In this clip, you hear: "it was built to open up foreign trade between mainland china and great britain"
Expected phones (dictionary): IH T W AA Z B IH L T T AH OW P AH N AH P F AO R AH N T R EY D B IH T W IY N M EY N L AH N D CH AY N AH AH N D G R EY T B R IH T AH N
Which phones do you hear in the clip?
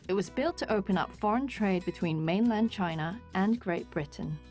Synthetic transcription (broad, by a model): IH T W AA Z B IH L T T AH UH P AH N AH P F AO R AH N T R EY D B IH T W IY N M EY N L AH N D CH AY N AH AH N G R EY T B R IH T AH N